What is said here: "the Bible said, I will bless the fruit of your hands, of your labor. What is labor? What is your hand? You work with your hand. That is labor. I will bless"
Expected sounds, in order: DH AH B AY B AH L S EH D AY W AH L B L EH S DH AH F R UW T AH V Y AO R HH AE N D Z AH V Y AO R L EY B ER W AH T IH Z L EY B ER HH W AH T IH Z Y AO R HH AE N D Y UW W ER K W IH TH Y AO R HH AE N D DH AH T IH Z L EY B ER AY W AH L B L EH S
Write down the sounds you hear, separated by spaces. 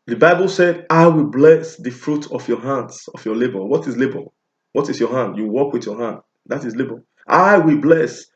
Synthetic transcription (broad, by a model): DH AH B AY B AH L S EH D AY W AH L B L EH S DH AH F R UW T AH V Y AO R HH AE N D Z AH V Y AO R L EY B ER W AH T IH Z L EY B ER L W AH T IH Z Y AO HH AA N D Y UW W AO K W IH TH Y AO HH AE N D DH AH T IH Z L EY B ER AY W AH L B L EH S